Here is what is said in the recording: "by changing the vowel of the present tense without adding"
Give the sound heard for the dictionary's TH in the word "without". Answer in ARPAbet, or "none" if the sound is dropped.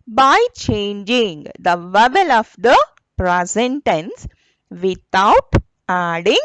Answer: T